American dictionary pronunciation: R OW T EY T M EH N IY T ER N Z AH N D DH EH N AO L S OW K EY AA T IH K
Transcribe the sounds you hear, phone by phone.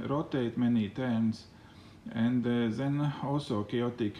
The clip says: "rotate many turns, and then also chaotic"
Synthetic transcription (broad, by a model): R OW T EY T M EH N IY T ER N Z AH N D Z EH N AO S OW K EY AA T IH K